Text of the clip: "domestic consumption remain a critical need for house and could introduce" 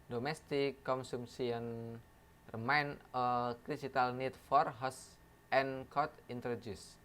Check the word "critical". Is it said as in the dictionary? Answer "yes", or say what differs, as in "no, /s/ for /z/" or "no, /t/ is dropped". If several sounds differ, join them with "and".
no, /s/ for /t/